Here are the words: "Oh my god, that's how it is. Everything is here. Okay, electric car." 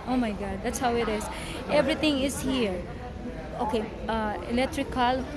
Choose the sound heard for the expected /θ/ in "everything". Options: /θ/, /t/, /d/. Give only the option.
/t/